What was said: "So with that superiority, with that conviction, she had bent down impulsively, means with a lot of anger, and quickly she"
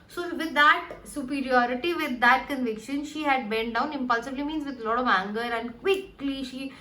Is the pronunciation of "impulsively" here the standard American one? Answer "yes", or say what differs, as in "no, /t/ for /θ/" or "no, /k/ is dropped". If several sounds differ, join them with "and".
no, /b/ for /v/